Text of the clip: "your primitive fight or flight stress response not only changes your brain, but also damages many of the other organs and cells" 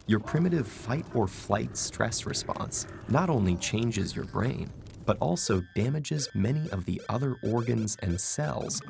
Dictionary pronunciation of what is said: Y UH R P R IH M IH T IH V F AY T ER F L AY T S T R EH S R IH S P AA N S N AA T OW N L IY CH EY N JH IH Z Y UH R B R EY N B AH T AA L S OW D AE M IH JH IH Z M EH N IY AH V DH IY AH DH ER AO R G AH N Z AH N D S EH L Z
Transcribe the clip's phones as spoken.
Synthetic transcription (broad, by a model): Y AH R P R IH M IH T IH V F AY T ER F L AY T S T R EH S R IH S P AA N S N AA T OW N L IY CH EY N JH IH Z Y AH R B R EY N B AH T AA L S OW D AE M IH JH IH Z M EH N IY AH V DH IY AH DH ER AO R G AH N Z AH N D S EH L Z